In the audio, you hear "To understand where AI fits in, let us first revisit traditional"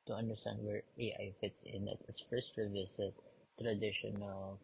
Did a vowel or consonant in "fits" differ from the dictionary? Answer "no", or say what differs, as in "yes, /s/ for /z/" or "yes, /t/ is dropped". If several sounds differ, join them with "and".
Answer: no